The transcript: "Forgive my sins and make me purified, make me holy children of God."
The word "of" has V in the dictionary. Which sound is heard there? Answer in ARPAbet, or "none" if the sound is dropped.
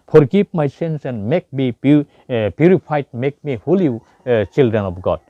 P